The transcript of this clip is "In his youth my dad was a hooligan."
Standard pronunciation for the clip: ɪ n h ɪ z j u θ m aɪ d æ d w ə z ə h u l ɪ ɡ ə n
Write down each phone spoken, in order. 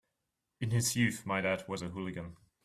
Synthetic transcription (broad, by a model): ɪ n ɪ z j u θ m aɪ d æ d w ə z ə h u l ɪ ɡ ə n